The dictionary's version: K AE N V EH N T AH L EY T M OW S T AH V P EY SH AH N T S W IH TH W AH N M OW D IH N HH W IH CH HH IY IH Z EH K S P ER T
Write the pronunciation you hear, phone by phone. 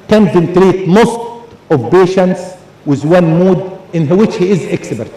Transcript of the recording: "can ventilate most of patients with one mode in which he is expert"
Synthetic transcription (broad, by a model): K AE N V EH N T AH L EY T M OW S T AH V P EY SH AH N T S W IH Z W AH N M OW D IH N HH W IH CH HH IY IH Z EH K S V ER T